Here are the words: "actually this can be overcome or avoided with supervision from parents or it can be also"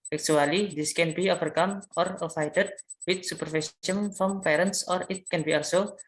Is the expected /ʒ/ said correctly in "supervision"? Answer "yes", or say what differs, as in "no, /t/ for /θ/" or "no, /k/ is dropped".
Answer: no, /s/ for /ʒ/